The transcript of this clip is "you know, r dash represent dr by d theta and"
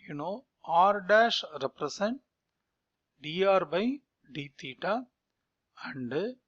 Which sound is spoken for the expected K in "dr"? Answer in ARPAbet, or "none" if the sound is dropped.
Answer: none